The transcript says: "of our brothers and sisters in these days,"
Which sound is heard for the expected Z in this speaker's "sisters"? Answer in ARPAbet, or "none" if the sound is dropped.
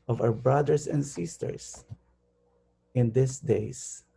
S